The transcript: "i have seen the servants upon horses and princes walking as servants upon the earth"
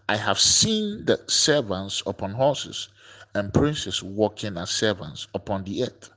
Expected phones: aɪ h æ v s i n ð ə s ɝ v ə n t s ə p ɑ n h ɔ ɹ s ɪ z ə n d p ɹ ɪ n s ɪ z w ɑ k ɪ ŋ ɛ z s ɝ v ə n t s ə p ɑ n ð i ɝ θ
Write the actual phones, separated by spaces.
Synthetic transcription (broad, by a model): aɪ h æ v s i n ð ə s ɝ v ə n t s ə p ɑ n h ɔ s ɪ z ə n p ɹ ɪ n s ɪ s w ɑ k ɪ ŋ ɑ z s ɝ v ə n t s ə p ɑ n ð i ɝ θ